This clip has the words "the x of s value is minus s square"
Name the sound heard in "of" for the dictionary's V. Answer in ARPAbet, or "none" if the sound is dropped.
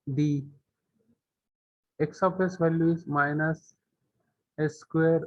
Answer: P